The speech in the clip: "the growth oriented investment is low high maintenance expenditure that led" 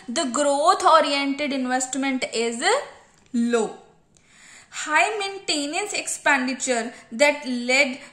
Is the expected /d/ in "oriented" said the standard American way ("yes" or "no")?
yes